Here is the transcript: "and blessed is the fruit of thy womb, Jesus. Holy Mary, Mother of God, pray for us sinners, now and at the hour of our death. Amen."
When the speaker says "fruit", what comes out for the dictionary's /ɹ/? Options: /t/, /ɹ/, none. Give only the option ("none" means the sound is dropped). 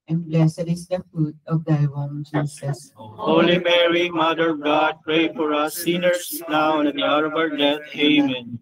none